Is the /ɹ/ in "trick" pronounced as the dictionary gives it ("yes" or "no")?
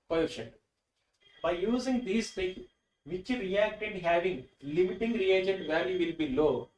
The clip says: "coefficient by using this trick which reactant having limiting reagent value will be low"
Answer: no